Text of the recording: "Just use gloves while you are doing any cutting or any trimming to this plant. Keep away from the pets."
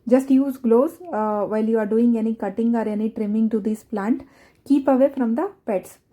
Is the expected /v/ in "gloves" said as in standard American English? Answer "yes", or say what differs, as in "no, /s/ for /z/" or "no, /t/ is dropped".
no, /v/ is dropped